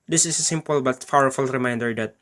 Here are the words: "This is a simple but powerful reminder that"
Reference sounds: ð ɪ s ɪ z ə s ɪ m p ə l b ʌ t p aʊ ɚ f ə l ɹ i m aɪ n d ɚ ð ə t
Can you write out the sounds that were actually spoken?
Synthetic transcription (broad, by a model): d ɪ s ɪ s ə s ɪ m p ə l b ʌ t f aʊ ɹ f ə l ɹ i m aɪ n d ɚ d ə t